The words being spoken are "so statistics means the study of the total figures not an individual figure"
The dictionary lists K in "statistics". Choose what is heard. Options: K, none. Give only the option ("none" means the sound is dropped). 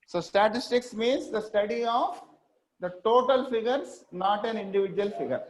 K